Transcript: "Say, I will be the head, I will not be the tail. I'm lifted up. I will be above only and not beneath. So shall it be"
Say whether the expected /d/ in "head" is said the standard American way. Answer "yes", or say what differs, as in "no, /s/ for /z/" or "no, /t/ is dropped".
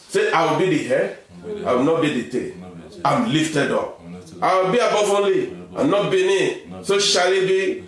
no, /d/ is dropped